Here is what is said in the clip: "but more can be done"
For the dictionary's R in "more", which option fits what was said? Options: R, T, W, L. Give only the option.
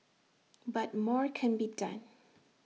R